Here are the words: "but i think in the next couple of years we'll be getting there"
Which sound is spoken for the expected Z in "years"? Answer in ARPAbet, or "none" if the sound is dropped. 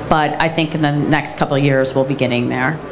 Z